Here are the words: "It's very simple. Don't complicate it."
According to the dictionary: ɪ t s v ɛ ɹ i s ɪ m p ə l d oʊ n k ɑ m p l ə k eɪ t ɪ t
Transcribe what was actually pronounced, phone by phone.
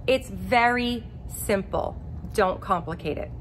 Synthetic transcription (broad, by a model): ɪ t s v ɛ ɹ i s ɪ m p l d oʊ n k ɑ m p l ə k eɪ t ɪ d